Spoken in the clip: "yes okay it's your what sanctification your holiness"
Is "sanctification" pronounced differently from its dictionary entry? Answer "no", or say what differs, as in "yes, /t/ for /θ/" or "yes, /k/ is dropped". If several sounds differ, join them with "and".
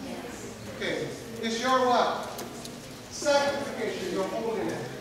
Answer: yes, /ŋ/ is dropped